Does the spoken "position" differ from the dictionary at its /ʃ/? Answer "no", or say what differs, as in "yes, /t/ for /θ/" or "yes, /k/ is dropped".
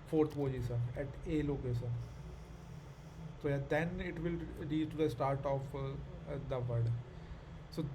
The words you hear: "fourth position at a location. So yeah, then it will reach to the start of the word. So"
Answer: yes, /s/ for /ʃ/